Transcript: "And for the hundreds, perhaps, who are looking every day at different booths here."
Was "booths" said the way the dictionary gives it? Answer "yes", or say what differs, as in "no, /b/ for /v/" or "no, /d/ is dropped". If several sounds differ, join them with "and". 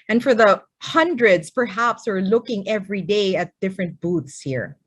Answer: no, /t/ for /θ/